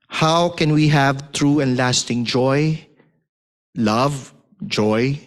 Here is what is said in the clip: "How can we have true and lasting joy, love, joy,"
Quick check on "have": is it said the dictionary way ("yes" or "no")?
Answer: yes